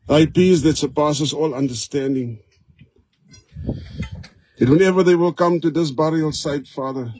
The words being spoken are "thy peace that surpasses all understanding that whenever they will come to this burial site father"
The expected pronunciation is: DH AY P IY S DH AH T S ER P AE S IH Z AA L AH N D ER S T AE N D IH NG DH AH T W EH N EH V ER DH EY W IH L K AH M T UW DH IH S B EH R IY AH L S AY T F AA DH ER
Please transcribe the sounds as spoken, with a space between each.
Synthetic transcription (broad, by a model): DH AY P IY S DH AH T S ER P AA S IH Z AA L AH N D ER S T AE N D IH NG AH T W EH N EH V ER DH EY W IH L K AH M T UW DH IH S B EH R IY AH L S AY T F AA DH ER